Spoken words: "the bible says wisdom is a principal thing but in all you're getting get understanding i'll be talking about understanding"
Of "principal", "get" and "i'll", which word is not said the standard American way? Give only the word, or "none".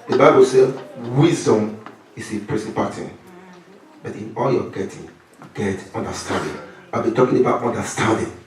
principal